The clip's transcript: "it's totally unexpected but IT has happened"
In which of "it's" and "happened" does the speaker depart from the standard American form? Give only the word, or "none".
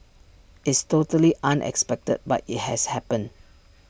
happened